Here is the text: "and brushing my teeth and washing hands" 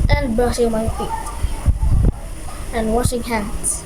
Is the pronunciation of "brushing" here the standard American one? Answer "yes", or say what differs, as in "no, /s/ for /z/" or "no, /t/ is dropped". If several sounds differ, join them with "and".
no, /ɹ/ is dropped